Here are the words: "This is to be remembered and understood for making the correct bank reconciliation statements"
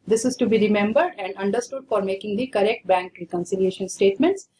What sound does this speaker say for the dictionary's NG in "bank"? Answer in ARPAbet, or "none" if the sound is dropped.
NG